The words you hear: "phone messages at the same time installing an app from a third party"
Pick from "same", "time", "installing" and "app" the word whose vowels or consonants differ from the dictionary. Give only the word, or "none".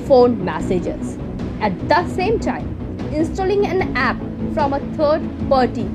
none